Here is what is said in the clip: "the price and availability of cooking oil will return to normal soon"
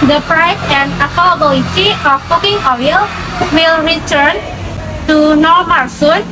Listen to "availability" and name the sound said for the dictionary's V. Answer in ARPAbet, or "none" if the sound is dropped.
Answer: P